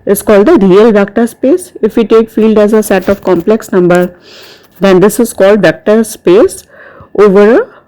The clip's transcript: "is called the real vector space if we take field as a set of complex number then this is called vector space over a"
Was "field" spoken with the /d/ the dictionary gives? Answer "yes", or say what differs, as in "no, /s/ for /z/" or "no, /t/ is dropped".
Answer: yes